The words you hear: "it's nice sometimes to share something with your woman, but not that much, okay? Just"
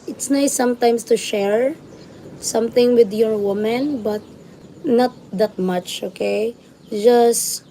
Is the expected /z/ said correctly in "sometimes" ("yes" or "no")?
no